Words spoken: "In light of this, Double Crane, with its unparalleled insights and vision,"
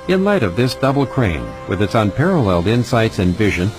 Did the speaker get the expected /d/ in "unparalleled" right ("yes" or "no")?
yes